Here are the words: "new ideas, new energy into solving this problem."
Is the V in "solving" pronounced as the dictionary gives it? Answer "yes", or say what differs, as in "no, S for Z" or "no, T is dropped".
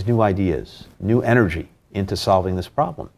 yes